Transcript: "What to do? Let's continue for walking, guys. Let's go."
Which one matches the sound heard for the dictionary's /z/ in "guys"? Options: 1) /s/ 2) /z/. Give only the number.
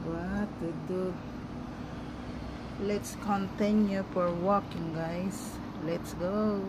1